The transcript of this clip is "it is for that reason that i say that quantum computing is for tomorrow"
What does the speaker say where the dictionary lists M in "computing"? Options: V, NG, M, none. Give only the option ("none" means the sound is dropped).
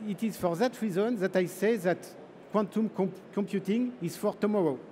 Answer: M